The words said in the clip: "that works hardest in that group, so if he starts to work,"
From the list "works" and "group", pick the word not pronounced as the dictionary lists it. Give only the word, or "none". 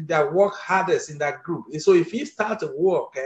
works